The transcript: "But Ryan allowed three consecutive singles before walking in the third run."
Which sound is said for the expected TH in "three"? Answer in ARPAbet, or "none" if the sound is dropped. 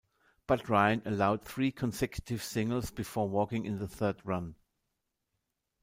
TH